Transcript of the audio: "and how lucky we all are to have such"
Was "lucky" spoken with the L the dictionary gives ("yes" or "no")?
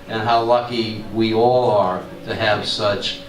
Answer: yes